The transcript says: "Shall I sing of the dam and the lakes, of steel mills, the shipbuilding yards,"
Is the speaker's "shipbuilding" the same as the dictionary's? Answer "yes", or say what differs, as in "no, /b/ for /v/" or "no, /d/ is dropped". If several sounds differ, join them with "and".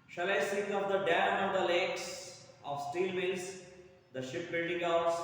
yes